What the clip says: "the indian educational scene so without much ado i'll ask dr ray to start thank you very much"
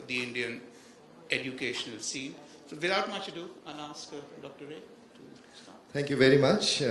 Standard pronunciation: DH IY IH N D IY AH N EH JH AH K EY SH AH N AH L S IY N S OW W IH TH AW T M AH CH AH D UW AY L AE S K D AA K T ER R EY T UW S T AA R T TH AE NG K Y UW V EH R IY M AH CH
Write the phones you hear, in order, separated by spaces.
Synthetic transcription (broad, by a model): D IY IH N D IY AH N EH JH AH K EY SH AH N AH L S IY N S OW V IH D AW T M AH CH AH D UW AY N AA S K D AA K T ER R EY T UW S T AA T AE NG K Y UW V EH R IY M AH CH